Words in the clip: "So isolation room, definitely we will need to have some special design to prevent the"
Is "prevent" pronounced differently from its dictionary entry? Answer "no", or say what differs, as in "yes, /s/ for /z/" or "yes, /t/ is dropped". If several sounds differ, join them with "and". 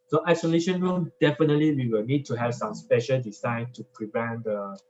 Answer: no